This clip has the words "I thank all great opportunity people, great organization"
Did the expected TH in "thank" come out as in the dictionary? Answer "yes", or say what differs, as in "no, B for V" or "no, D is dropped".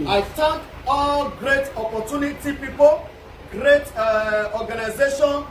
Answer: no, T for TH